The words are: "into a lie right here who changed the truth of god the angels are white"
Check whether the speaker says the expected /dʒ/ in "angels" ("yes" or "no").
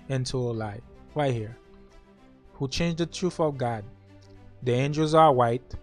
yes